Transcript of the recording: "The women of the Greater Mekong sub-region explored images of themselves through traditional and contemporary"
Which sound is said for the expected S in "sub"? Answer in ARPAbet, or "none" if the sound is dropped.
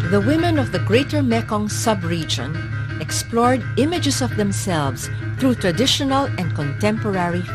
S